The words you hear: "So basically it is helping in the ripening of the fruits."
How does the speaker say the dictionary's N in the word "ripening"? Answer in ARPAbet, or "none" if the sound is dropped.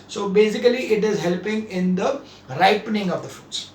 N